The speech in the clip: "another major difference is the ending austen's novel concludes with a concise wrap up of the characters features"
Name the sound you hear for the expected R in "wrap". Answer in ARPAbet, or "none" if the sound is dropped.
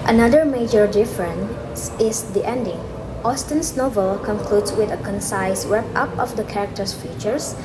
W